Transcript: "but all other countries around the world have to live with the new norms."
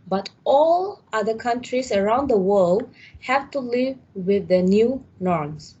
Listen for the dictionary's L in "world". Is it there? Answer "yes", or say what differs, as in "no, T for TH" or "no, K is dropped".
yes